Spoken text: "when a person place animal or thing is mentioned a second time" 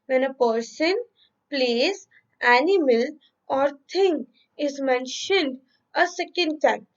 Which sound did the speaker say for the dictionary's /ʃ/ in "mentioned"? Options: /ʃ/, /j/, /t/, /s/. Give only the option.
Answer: /ʃ/